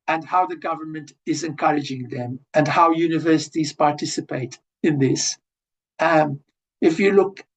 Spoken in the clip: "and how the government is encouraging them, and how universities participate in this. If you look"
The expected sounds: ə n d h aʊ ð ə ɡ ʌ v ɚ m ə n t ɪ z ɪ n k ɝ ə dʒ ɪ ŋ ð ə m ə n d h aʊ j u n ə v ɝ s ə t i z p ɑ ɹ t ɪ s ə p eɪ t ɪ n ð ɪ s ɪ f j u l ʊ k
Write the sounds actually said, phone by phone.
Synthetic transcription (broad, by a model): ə n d h aʊ ð ə ɡ ʌ v ɚ m ə n t ɪ z ɪ n k ɝ ə dʒ ɪ ŋ ð ə m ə n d h aʊ j u n ə v ɝ s ə t i z p ɑ ɹ t ɪ s ə p eɪ t ɪ n ð ɪ s ɪ f j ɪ l ʊ k